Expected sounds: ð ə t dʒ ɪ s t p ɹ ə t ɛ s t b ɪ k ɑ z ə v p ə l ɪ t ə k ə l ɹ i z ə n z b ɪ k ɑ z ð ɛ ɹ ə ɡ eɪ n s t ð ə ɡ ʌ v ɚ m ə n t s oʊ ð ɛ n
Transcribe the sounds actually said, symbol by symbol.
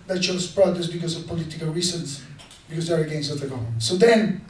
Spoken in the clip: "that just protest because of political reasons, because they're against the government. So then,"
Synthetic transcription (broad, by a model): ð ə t ʃ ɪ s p ɹ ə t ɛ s b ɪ k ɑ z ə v p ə l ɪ t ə k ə l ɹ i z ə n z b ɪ k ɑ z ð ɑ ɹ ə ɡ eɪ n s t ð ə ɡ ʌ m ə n s oʊ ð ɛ n